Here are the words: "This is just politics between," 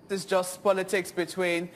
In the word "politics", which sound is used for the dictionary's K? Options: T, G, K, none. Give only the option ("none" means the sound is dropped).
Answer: K